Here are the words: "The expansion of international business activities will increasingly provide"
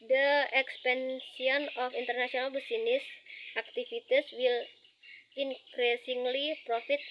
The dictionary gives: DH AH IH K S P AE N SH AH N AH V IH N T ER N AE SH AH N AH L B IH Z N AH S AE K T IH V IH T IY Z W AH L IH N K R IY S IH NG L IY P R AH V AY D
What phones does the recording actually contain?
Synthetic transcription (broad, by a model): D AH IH K S P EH N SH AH N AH F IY N T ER N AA S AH N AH L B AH S N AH S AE K T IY F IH T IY S W AH L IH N K R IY S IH NG L IY P R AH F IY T